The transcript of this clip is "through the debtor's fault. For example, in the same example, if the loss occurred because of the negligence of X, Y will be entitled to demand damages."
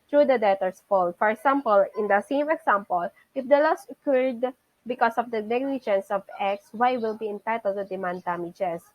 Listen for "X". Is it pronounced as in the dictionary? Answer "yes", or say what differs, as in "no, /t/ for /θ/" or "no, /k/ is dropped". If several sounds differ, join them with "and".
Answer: yes